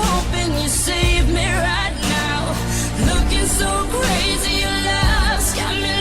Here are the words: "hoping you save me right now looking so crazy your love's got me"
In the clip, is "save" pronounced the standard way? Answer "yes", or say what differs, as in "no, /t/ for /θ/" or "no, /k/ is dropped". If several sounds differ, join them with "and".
yes